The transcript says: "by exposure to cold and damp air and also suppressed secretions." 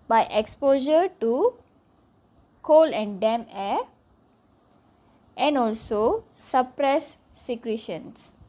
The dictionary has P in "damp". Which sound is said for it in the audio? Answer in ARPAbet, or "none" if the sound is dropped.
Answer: none